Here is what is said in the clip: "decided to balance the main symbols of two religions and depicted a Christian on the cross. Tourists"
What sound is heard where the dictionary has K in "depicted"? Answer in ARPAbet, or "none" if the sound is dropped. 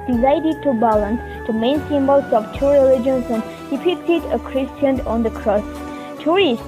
none